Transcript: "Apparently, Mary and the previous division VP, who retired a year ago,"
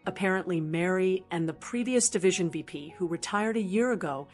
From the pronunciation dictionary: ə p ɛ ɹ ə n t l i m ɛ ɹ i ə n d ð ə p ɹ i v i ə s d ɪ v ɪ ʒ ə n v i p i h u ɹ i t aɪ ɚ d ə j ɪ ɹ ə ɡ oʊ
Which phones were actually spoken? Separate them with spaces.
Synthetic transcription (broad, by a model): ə p ɛ ɹ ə n t l i m ɛ ɹ i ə n ð ə p ɹ i v i ə s d ɪ v ɪ ʒ ə n v i p i h u ɹ i t aɪ ɚ d ə j ɪ ɹ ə ɡ oʊ